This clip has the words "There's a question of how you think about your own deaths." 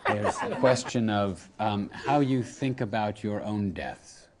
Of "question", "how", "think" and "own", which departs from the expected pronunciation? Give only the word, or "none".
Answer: none